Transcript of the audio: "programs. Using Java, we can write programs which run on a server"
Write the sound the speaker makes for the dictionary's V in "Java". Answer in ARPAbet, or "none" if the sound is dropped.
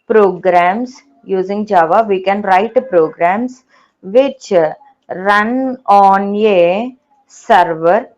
V